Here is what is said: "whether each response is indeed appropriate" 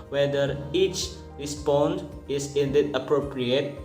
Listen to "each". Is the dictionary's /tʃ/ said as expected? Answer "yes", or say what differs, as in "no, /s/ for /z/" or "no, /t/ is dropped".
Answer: yes